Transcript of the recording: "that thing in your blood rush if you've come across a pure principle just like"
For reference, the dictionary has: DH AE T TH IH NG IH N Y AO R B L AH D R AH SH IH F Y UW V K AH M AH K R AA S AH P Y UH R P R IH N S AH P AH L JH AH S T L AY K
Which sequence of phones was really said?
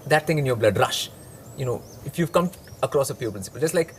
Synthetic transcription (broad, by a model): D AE T T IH NG IH N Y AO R B L AH D R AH SH IH F Y UW V K AH M AH K R AA S AH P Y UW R P R IH N S AH P AH L JH AH S T L AY K